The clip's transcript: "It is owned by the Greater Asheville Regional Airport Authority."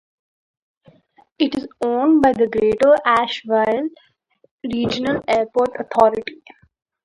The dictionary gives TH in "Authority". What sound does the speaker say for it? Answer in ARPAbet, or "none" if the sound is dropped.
T